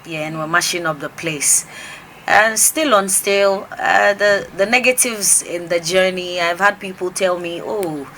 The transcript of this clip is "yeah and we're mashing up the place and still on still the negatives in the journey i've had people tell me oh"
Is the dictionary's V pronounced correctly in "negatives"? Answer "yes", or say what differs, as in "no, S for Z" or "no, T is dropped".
yes